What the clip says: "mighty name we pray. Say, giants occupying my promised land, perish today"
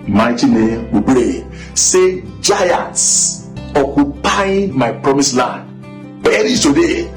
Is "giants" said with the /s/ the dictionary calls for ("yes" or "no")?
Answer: yes